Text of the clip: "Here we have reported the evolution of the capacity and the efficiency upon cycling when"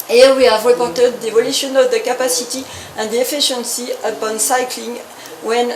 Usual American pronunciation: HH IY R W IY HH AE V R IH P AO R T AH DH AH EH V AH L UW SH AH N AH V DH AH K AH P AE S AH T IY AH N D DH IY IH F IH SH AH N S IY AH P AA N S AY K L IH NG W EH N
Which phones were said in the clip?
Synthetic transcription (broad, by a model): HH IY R W IY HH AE V R IH P AO R T AH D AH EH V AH L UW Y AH N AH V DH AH K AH P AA S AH T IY AH N D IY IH F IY SH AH N S IY AH P AA N S AY K L IH NG W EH N